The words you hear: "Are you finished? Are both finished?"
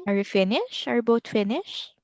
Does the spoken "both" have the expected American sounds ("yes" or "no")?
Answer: no